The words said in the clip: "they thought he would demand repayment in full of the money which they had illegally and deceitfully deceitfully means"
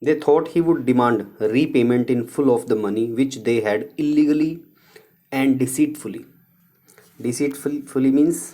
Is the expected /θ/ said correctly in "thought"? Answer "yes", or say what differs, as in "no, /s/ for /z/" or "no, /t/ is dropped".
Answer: no, /t/ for /θ/